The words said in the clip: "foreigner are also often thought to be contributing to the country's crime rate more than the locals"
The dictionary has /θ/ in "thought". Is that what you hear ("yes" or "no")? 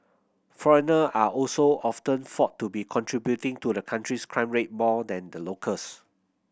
no